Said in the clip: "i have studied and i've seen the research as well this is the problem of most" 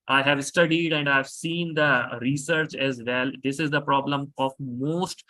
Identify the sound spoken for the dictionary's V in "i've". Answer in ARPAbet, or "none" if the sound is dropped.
V